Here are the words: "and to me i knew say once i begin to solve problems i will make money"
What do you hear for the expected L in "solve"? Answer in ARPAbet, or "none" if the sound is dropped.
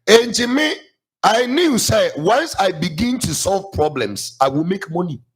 L